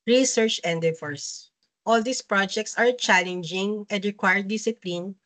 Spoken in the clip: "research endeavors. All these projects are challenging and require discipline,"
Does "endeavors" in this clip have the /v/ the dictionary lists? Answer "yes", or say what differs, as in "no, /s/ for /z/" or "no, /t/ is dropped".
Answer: no, /f/ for /v/